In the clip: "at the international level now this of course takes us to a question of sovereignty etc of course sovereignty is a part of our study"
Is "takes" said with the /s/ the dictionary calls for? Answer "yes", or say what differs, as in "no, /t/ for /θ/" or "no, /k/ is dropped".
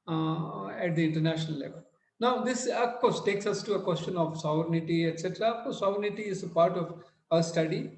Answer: yes